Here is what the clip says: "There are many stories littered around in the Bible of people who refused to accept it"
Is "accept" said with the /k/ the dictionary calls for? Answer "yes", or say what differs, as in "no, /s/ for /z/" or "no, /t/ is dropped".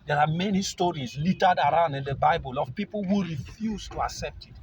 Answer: yes